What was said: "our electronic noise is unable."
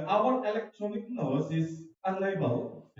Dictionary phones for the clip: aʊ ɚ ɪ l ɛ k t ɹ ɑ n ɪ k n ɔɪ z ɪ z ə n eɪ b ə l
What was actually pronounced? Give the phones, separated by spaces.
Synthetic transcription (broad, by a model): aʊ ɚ ɪ l ɛ k t ɹ ɑ n ɪ k n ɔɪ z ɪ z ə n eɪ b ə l